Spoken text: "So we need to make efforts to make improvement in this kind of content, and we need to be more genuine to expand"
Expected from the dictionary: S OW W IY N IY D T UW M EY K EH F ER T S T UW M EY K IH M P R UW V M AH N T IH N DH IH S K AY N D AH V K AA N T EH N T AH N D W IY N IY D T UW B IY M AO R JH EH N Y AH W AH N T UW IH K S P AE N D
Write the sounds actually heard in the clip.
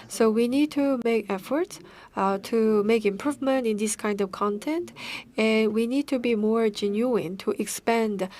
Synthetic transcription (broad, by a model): S OW W IY N IY D T UW M EY K EH F ER T S T UW M EY K IH M P R UW V M AH N T IH N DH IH S K AY N D AH V K AA N T EH N T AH N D W IY N IY D T UW B IY M AO R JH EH N Y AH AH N T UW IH K S P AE N D